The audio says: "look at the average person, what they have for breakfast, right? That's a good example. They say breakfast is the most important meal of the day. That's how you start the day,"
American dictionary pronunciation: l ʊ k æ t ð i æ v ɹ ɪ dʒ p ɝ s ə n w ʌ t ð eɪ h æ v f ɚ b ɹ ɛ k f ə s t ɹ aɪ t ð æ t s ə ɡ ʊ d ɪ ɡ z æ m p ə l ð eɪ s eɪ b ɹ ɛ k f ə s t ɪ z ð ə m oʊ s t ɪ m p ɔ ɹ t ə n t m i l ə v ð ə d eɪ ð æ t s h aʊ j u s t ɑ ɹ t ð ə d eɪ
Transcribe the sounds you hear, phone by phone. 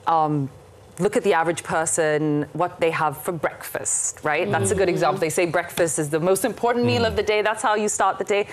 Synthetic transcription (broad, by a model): l ʊ k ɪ t ð i æ v ɹ ɪ dʒ p ɝ s ə n w ʌ t ð eɪ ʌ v f ɚ b ɹ ɛ k f ə s t ɹ aɪ t ð æ t s ə ɡ ʊ d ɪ ɡ z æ m p l ð eɪ s eɪ b ɹ ɛ k f ə s t ɪ z ð ə m oʊ s t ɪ m p ɔ ɹ t n m i l ə v ð ə d eɪ ð æ t s h aʊ j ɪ s t ɑ ɹ t ð ə d eɪ